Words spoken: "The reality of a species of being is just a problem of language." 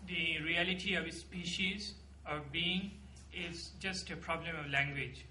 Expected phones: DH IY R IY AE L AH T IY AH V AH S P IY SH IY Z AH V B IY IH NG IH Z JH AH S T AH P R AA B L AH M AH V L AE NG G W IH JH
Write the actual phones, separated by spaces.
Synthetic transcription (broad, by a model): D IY R IY AE L AH T IY AH V S P IY SH IY Z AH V B IY IH NG IH Z JH AH S T AH P R AA B L AH M AH V L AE NG G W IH JH